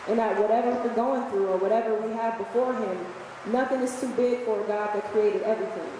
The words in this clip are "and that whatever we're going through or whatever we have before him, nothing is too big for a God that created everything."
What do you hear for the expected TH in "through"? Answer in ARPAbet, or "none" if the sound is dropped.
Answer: TH